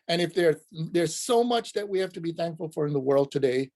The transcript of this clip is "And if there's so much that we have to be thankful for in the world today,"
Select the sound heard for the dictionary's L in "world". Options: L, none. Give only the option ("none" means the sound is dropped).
L